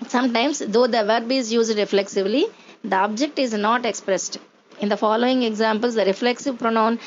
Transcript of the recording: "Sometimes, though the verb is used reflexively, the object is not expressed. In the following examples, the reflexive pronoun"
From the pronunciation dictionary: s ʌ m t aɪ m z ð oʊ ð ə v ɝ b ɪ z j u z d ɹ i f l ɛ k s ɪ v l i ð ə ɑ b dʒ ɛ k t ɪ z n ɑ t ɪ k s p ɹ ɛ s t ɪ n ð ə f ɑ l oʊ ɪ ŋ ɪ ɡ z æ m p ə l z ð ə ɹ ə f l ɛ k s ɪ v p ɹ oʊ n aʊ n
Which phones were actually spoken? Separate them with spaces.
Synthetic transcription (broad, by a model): s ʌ m t aɪ m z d oʊ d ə v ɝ b ɪ z j u z d ɹ i f l ɛ k s ɪ v l i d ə ɑ b dʒ ɛ k t ɪ z n ɑ t ɪ k s p ɹ ɛ s t ɪ n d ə f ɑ l oʊ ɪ ŋ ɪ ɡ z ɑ m p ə l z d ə ɹ ə f l ɛ k s ɪ v p ɹ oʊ n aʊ n